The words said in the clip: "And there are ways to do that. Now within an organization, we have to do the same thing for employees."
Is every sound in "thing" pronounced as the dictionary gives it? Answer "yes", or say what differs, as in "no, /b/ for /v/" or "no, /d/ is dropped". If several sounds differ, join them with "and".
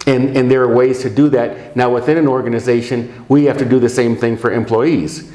yes